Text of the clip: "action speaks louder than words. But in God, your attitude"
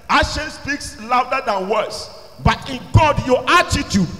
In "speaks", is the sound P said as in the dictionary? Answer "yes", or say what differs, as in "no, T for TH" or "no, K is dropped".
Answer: yes